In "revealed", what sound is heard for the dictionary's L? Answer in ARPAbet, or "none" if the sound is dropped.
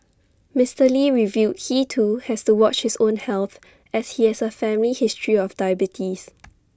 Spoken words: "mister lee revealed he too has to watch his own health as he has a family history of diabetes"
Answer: none